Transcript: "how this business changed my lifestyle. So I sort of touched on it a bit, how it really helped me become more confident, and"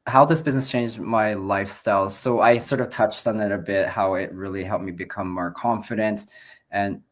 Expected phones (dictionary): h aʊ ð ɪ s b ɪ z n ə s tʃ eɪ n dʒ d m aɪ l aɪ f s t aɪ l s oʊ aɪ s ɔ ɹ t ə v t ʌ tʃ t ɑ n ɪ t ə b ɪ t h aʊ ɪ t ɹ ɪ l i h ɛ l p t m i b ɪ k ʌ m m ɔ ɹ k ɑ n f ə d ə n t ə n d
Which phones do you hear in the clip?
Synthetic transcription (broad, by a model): h aʊ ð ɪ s b ɪ z n ə s tʃ eɪ n dʒ m aɪ l aɪ f s t aɪ l s oʊ aɪ s ɔ ɹ t ə v t ʌ tʃ t n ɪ t ə b ɪ t h aʊ ɪ t ɹ ɪ l i h ɛ l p m i b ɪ k ʌ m m ɔ ɹ k ɑ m f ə d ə n t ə n